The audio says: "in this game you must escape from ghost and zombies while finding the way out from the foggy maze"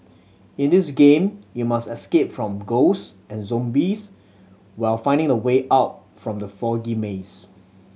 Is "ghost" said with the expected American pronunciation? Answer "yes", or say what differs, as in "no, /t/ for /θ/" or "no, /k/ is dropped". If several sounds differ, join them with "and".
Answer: no, /t/ is dropped